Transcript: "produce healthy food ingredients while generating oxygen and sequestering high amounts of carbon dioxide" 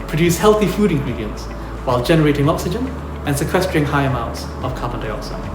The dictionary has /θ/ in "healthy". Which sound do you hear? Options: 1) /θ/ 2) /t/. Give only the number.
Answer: 1